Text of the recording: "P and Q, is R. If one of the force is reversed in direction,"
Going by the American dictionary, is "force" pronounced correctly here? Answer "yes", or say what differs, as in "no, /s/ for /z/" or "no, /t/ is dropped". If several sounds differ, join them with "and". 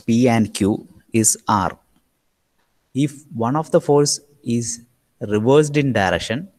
no, /l/ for /ɹ/